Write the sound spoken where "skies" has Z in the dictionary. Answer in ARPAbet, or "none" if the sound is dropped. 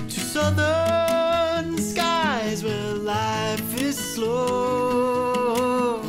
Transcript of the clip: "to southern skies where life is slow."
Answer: Z